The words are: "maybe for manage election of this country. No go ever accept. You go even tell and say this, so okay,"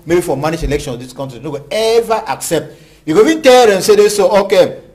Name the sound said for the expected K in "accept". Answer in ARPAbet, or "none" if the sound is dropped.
K